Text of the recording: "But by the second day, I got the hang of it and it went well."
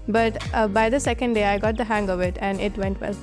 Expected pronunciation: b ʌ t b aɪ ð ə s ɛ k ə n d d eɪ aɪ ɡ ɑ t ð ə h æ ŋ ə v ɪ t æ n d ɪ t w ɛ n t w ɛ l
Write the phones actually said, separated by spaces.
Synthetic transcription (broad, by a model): b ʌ t b aɪ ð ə s ɛ k ə n d d eɪ aɪ ɡ ɑ t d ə h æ ŋ ə v ɪ t æ n d ɪ t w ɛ n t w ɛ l